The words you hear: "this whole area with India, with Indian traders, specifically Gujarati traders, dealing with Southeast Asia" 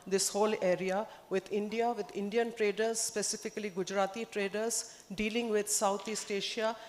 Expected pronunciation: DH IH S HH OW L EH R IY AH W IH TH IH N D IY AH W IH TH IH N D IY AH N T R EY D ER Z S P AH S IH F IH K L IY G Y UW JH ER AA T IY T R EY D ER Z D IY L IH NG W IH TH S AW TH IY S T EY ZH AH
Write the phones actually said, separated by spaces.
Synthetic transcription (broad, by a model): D IH S HH OW L EH R IY AH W IH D IH N D IY AH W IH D IH N D IY AH N T R EY D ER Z S P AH S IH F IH K L IY G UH JH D AA T IY T R EY D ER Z D IY L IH NG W IH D S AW T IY S T EY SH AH